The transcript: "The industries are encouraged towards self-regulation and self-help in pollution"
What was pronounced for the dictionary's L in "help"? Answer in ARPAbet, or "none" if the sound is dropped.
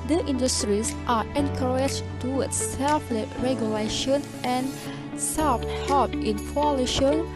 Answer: none